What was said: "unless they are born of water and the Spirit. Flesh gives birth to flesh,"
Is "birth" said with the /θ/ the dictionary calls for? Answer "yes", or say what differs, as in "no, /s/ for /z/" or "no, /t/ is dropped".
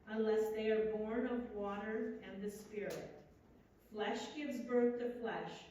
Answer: yes